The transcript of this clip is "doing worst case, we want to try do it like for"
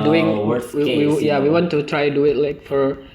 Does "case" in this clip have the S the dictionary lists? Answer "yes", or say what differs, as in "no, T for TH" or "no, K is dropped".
no, S is dropped